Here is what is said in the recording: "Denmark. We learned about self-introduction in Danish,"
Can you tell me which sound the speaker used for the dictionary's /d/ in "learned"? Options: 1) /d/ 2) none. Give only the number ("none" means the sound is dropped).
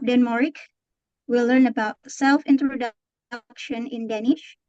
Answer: 2